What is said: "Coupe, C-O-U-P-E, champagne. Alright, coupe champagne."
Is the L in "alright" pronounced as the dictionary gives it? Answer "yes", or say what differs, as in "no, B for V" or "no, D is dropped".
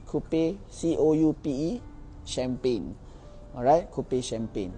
no, L is dropped